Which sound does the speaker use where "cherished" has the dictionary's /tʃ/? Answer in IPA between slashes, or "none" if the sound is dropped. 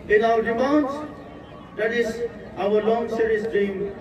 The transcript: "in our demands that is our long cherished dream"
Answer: /s/